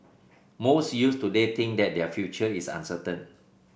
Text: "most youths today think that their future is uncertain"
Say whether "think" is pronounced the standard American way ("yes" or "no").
no